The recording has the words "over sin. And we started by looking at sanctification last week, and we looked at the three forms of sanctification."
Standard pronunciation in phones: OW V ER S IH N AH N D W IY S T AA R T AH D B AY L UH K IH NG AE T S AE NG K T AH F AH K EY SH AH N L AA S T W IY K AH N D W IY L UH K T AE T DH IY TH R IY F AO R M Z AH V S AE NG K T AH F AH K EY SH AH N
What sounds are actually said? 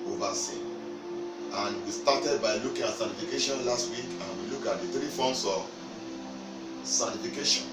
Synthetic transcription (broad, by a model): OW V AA S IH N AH N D W IY S T AA T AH D B AY L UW K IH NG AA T S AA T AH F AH K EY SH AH N L AA S T W IY K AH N W IY L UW K AA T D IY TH R IY F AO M S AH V S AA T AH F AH K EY SH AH N